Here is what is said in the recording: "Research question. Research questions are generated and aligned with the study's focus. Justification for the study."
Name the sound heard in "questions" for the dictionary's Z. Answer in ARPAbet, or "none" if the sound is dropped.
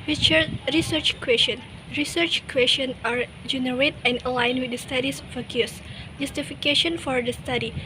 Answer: none